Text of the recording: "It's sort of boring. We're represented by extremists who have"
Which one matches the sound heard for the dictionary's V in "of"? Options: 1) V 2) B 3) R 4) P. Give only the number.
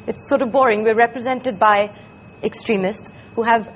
1